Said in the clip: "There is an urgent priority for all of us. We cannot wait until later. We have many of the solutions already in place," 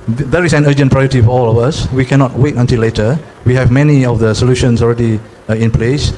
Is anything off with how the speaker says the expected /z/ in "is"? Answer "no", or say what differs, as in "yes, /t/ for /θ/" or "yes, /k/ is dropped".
yes, /s/ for /z/